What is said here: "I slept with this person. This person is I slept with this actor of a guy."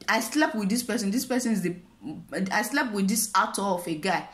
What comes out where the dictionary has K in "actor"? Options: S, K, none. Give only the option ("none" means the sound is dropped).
none